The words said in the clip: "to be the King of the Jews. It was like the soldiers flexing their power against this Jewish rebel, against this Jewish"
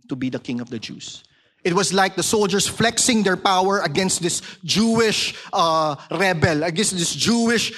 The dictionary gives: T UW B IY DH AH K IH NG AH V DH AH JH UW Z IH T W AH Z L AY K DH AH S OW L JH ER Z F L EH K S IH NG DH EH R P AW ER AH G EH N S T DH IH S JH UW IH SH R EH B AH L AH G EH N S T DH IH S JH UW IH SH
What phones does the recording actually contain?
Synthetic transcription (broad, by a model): T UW B IY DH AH K IH NG AH V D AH JH UW S IH T W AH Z L AY K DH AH S OW L JH ER S F L EH K S IH NG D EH R P AW ER AH G EH N S T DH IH S JH UW IH SH R EH B AH L AH G EH N S T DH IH S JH UW IH SH